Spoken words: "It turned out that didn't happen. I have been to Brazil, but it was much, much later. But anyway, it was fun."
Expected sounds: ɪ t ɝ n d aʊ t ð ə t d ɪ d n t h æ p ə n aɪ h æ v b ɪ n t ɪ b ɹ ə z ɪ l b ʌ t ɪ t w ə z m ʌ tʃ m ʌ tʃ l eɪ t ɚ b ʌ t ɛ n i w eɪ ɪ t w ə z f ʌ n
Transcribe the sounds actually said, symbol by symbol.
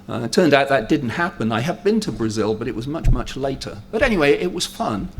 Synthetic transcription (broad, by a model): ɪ t ɝ n d aʊ t ð ə t d ɪ d n t h æ p ə n aɪ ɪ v b ɪ n t ɪ b ɹ ə z ɪ l b ʌ t ɪ t w ə z m ʌ tʃ m ʌ tʃ l eɪ t ɚ b ʌ t ɛ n i w eɪ ɪ t w ə z f ʌ n